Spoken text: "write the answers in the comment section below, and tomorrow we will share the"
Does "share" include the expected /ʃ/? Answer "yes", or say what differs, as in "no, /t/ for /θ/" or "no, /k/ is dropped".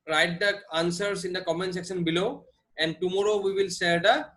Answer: no, /s/ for /ʃ/